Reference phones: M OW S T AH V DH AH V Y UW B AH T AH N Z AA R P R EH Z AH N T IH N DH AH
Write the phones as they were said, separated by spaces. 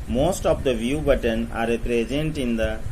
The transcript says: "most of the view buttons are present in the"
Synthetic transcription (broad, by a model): M OW S T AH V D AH V Y UW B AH T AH N AA R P R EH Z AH N T IH N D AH